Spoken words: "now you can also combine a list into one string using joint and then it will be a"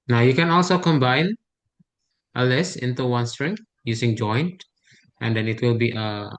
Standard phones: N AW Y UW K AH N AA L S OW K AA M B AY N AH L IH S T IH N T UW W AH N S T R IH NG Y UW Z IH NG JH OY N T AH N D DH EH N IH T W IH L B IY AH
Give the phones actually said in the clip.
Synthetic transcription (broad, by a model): N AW Y UW K AH N AA L S OW K AA M B AY N AH L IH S IH N T UW W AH N S T R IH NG Y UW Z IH NG JH OY N T AH N D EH N IH T W IH L B IY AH